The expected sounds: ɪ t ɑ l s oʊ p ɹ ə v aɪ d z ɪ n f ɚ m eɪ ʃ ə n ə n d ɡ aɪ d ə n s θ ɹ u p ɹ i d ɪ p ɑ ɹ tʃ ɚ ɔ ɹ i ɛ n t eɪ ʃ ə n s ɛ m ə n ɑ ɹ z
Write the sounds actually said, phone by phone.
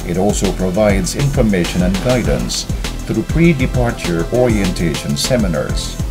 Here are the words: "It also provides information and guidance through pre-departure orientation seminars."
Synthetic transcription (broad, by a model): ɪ t ɑ l s oʊ p ɹ ə v aɪ d z ɪ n f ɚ m eɪ ʃ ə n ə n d ɡ aɪ d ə n s θ ɹ u p ɹ i d ɪ p ɑ ɹ tʃ ɚ ɔ ɹ i ɛ n t eɪ ʃ ə n s ɛ m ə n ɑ ɹ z